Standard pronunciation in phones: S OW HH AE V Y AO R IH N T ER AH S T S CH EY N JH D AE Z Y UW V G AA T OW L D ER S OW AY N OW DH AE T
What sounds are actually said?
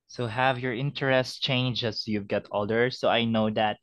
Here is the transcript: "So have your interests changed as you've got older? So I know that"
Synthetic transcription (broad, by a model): S OW HH AE V Y AO R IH N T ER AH S T CH EY N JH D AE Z Y UW V G AA T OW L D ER S OW AY N OW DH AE T